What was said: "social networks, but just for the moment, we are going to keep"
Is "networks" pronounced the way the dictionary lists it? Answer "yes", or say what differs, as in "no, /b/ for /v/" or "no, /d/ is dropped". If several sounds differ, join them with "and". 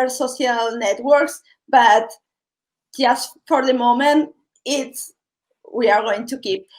yes